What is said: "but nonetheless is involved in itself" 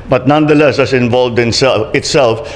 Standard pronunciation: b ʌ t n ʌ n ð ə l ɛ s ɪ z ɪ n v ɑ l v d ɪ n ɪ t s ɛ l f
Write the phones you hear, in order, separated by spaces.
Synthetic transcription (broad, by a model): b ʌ t n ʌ n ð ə l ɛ s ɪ s ɪ n v ɑ l v d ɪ n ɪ t s ɛ l f